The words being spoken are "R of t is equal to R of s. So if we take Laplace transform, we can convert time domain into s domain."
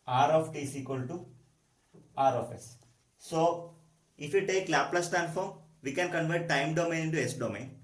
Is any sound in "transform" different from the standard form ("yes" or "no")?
yes